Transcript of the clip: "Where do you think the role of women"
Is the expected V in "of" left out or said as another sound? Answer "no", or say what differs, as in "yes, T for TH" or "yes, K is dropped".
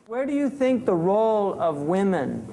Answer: no